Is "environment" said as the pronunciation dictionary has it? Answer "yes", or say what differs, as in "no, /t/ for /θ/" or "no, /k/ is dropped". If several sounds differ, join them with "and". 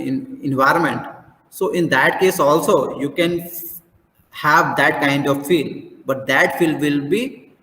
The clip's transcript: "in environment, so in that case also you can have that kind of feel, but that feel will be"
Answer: yes